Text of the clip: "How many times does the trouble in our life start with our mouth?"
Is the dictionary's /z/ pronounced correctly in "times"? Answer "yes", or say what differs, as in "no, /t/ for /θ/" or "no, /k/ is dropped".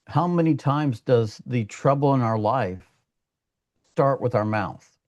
yes